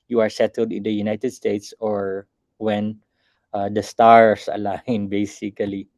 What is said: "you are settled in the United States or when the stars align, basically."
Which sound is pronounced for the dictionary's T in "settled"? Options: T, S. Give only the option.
T